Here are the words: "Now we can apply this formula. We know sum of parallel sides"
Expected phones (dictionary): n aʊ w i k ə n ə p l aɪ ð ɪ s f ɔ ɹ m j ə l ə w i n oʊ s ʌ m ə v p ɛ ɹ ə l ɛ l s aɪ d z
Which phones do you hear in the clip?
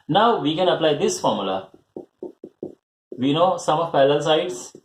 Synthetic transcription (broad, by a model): n aʊ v i k ə n ə p l aɪ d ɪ s f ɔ ɹ m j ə l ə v i n oʊ s ʌ m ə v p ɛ l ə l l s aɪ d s